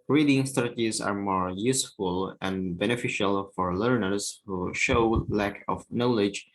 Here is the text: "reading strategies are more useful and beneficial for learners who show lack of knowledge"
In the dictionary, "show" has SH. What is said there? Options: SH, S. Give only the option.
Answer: SH